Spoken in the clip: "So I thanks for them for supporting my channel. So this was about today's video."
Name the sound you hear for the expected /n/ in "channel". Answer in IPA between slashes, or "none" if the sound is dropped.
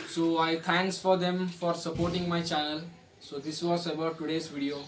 none